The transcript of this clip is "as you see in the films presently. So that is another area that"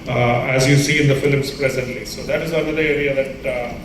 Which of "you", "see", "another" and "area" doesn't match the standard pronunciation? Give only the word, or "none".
another